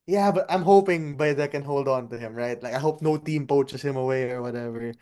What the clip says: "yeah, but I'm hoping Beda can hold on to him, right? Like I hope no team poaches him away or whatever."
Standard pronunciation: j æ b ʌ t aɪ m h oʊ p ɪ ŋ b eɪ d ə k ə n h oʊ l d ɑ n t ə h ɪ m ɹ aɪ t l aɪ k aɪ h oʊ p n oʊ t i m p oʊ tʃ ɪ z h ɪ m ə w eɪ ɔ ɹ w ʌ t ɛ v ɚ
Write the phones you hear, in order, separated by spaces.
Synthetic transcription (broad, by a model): j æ b ʌ t aɪ m h oʊ p ɪ ŋ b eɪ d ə k ə n h oʊ l d ɑ n t ə h ɪ m ɹ aɪ t l aɪ k aɪ h oʊ p n oʊ t i m p oʊ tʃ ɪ s h ɪ m ə w eɪ ɔ ɹ w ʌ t ɛ v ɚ